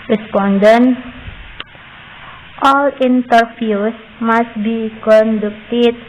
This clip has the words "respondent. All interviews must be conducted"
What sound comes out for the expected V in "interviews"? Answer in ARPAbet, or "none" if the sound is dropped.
F